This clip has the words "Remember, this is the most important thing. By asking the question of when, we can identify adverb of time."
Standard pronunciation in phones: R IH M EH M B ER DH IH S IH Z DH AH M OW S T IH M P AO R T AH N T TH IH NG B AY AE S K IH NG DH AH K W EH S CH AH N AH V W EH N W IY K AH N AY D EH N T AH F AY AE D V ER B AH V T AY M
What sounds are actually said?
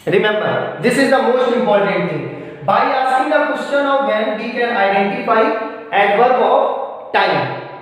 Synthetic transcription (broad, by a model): R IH M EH M B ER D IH S IH Z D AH M OW S T IH M P AO R T AH N T T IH NG B AY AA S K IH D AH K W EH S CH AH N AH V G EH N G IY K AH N AY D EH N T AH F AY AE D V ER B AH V T AY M